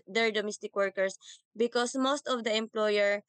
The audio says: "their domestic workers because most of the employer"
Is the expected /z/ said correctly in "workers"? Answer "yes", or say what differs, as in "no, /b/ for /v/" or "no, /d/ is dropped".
no, /s/ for /z/